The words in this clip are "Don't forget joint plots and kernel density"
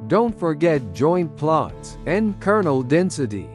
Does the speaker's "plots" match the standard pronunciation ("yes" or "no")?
yes